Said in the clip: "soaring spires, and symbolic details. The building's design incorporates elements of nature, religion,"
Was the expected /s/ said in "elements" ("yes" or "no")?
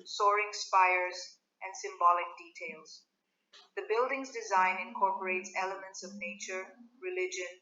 yes